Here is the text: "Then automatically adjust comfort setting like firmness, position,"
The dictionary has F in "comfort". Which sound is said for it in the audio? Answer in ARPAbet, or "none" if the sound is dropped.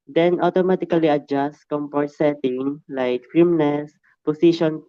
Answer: P